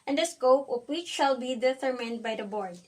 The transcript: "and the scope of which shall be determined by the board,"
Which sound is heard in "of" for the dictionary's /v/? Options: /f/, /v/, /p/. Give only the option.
/p/